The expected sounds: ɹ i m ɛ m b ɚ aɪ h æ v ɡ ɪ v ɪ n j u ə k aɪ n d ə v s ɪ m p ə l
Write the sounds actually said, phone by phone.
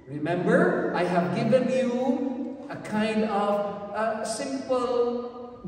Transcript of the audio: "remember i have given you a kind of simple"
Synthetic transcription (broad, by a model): ɹ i m ɛ m b ɚ aɪ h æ v ɡ ɪ v ɪ n j u ə k aɪ n d ə v s ɪ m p l